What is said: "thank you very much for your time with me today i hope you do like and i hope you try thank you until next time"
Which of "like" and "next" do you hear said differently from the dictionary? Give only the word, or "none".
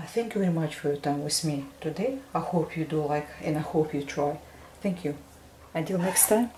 none